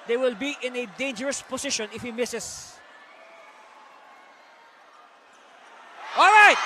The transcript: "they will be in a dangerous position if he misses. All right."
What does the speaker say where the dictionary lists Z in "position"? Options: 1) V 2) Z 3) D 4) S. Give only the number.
4